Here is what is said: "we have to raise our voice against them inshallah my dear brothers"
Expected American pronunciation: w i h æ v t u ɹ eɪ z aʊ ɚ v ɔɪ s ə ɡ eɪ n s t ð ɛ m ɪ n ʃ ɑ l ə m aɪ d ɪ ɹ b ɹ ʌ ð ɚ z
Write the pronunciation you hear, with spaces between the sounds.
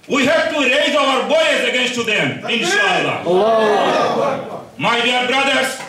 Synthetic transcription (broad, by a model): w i h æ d t u ɹ eɪ z aʊ ɚ b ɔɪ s ə ɡ eɪ n s t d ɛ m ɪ n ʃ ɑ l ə m aɪ d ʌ ɹ b ɹ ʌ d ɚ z